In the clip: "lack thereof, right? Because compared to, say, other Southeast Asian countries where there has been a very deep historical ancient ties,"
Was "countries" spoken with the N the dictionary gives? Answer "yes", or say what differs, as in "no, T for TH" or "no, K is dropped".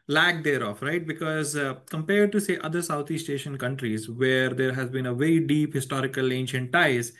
yes